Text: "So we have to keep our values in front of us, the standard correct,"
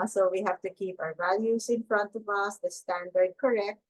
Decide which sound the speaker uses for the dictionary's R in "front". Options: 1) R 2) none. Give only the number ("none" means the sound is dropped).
1